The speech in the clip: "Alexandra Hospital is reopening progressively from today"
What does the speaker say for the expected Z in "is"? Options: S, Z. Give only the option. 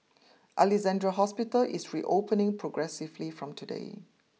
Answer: S